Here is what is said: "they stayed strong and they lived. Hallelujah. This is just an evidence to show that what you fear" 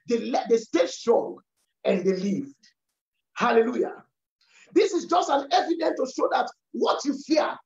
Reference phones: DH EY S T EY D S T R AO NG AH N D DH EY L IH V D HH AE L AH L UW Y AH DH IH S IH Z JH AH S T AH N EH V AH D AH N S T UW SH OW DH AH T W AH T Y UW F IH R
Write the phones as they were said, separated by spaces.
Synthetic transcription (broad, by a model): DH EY S T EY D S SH R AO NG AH N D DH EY L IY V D HH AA L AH L UW Y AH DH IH S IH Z JH AH S T AH N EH V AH D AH N T UW SH OW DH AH T W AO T Y UW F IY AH